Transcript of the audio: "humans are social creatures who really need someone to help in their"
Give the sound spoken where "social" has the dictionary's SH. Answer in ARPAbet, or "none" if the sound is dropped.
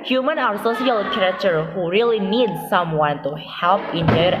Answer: S